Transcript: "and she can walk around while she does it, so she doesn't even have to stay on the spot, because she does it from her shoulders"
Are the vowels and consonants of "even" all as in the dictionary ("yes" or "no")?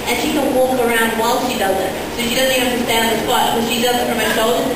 no